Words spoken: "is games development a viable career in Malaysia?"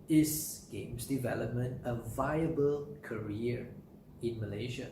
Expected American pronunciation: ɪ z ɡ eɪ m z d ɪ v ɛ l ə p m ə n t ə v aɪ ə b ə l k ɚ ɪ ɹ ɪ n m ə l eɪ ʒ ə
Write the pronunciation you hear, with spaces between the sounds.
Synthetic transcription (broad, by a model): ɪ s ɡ eɪ m s d ɪ v ɛ l ə p m ə n t ə v aɪ ə b ə l k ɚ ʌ ɹ ɪ n m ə l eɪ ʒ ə